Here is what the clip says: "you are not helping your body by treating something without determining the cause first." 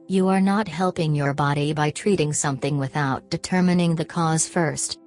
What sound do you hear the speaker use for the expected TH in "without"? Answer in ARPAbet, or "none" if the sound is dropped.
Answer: TH